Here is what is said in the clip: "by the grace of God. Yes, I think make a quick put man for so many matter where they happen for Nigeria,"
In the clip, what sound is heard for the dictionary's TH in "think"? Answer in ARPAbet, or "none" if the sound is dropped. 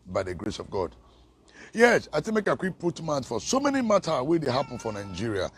T